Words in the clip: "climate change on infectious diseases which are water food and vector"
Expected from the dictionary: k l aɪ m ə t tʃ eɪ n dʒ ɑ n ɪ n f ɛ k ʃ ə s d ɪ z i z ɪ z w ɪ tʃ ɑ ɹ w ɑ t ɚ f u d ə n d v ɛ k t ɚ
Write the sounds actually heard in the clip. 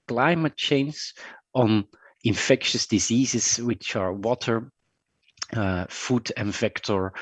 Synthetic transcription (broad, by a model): k l aɪ m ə t tʃ eɪ n z ɑ n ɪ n f ɛ k ʃ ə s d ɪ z i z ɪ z w ɪ tʃ ɑ ɹ w ɑ t ɚ f u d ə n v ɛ k t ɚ